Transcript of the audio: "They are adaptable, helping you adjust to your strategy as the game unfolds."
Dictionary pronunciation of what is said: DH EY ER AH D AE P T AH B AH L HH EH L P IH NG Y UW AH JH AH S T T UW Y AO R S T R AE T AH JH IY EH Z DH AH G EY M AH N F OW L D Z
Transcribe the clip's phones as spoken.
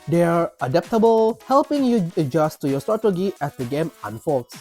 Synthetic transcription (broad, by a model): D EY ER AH D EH P T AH B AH L HH EH L P IH NG Y UW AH JH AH S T T UW Y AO S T AO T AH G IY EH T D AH G EY M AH N F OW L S